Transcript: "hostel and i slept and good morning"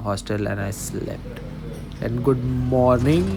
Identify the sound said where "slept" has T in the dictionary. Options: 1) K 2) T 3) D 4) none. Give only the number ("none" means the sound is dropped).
2